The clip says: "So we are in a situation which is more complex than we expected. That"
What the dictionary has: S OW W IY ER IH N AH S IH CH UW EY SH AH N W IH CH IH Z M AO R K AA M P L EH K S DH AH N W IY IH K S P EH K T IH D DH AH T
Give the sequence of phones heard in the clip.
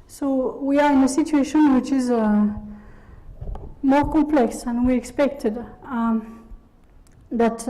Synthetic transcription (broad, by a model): S OW W IY ER IH N AH S IH CH UW EY SH AH N W IH CH IH Z M AO R K AA M P L EH K S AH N W IY IH K S P EH K T IH D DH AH T